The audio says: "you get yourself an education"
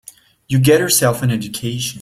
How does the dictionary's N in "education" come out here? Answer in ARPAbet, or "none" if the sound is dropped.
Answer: none